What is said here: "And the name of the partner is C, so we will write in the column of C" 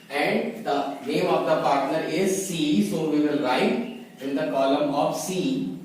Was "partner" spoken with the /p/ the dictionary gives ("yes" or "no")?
yes